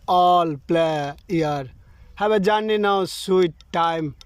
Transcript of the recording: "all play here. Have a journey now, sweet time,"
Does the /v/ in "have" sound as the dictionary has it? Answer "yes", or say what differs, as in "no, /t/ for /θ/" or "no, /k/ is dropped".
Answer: no, /b/ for /v/